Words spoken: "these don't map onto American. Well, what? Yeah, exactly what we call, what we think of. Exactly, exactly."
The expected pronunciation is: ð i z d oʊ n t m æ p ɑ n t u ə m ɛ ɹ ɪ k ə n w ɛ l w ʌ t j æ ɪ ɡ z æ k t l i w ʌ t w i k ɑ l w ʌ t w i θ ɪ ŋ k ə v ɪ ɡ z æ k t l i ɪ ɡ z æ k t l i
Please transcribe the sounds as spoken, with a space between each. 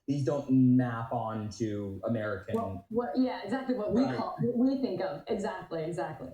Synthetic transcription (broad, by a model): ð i z d oʊ n t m æ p n t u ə m ɛ ɹ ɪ k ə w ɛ n w ʌ t j æ ɪ ɡ z æ k t l i w ʌ t w i k ɑ l w ʌ t w i θ ɪ ŋ k ə v ɪ ɡ z æ k t l i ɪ ɡ z æ k t l i